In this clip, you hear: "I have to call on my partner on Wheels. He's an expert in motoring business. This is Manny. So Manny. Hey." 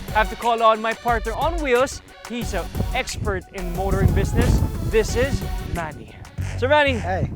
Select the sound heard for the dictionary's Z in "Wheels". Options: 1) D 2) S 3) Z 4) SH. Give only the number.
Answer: 2